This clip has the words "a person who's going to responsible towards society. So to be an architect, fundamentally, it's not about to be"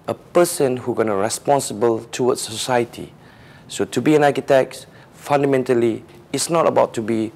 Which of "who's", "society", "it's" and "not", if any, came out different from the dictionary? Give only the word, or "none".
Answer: who's